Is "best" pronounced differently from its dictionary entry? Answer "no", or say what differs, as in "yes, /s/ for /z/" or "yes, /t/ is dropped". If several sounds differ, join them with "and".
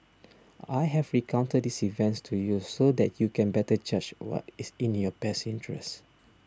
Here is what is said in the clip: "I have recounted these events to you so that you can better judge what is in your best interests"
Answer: yes, /t/ is dropped